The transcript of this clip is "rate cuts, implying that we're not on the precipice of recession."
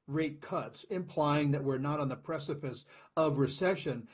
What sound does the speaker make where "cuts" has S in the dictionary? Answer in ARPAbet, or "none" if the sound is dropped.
S